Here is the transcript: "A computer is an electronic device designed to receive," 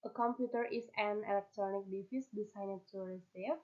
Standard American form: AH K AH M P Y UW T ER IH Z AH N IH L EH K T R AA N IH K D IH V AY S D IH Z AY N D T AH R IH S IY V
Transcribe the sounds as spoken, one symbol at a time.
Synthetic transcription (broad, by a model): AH K AH M P Y UW T ER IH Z AH N IH L EH K T R AA N IH K D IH F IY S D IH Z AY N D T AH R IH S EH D